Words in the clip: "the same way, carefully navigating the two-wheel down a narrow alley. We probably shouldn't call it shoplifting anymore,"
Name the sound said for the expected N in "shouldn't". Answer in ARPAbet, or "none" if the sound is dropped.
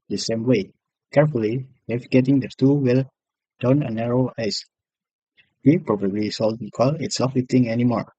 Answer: L